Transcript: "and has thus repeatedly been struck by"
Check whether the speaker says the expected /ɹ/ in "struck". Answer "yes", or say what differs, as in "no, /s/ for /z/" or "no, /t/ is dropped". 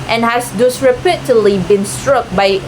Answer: yes